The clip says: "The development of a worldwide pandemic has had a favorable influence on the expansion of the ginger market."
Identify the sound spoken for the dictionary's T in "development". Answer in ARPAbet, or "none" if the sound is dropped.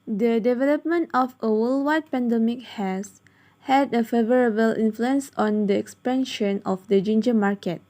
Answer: T